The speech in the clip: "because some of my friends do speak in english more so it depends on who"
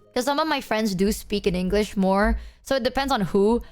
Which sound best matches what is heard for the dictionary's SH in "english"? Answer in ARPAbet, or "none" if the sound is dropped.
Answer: SH